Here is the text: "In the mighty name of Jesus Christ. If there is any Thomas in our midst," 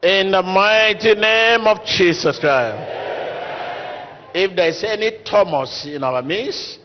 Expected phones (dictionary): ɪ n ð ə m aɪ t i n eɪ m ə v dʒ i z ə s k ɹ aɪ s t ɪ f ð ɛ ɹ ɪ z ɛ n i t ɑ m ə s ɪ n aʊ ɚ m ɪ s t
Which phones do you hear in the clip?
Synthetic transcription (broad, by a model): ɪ n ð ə m aɪ t i n eɪ m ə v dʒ i s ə s k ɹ aɪ s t ɪ f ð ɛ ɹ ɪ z ɛ n i t ɑ m ə s ɪ n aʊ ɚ m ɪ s